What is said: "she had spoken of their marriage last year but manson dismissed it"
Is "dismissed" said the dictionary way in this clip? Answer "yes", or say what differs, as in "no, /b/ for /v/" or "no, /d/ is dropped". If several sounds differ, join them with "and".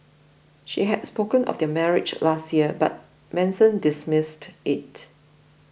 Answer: yes